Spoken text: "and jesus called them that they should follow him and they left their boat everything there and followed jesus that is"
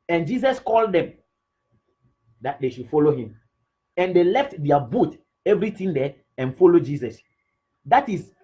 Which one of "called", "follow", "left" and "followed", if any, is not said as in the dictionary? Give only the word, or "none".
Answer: none